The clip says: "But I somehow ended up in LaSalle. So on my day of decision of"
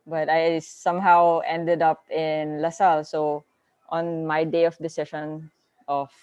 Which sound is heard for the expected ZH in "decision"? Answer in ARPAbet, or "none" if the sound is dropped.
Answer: SH